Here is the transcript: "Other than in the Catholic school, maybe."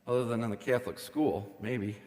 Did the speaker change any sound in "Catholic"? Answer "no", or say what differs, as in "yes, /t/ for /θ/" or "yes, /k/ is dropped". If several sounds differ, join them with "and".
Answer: no